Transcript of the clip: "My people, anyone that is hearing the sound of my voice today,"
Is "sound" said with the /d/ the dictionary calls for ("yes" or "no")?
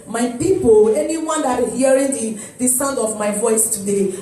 yes